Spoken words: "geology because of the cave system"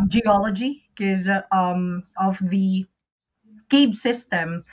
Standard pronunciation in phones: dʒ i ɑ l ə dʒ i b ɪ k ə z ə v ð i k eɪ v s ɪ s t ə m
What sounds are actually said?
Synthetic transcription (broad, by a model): dʒ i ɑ l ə dʒ i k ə z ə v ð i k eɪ b s ɪ s t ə m